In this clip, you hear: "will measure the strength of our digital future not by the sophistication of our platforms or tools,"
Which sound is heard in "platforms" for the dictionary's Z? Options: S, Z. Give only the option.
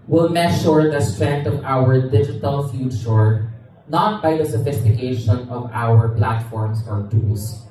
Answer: S